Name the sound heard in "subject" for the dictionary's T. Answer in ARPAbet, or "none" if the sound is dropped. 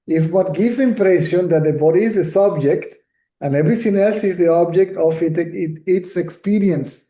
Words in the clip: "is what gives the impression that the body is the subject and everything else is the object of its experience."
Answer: T